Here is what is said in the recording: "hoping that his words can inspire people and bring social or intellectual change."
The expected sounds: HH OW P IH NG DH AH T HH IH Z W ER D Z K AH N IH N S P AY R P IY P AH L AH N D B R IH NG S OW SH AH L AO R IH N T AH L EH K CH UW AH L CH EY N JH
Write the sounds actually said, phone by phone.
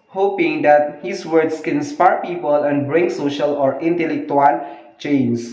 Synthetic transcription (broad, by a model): HH OW P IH NG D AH T HH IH S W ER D S K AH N N S P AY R P IY P AH L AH N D B R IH NG S OW SH AH L AO R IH N T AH L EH K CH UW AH L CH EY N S